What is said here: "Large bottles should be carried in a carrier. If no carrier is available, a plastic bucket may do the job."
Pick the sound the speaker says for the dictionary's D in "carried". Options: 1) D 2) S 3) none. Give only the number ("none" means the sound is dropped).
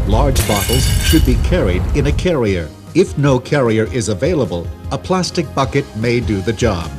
1